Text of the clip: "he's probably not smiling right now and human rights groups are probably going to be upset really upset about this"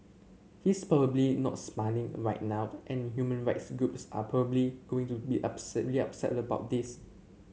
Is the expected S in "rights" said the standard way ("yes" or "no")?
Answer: yes